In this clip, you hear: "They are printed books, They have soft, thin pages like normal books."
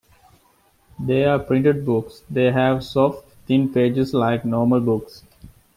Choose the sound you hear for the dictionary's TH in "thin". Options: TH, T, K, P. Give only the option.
T